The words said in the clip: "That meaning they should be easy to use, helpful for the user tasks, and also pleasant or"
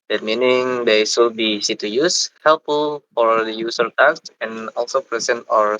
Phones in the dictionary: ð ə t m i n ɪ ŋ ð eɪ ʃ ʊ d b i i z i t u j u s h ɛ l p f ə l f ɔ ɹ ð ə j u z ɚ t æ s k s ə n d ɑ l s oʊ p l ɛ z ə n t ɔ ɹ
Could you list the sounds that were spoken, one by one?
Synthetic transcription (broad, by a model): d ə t m i n ɪ ŋ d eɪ s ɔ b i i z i t u j u s h ɛ l p f ə l f ɔ ɹ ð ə j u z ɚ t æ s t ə n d ɑ l s oʊ p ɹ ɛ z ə n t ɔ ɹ